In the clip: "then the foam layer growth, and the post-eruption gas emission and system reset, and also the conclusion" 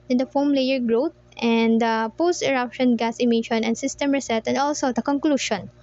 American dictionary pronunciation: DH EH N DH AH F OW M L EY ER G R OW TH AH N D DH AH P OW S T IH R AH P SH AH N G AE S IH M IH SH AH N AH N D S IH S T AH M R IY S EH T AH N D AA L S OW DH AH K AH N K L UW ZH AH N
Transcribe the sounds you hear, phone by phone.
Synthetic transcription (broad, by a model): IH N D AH F OW M L EY ER G R OW T AH N D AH P OW S T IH R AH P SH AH N G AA S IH M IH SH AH N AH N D S IH S T AH M R IY S EH T AH N D AA L S OW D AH K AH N K L UW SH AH N